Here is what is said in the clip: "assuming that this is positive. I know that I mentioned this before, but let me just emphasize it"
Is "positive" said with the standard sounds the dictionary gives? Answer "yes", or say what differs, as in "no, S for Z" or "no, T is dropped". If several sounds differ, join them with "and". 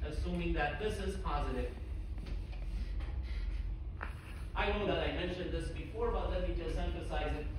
yes